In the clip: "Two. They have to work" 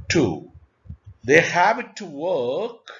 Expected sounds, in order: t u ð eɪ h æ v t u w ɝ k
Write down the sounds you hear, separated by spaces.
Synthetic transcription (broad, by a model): t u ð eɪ h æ b t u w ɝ k